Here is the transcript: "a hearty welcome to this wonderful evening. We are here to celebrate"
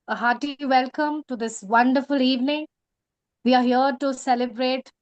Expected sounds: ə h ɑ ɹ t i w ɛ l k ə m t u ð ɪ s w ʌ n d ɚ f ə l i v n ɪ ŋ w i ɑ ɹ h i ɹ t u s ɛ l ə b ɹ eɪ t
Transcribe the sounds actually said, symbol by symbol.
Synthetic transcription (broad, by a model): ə h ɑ t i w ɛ l k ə m t u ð ɪ s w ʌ n d ɚ f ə l i v n ɪ ŋ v i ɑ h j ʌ t u s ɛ l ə b ɹ eɪ t